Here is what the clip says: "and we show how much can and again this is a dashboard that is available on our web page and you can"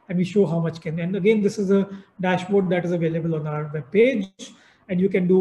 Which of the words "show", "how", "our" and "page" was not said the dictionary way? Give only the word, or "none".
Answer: none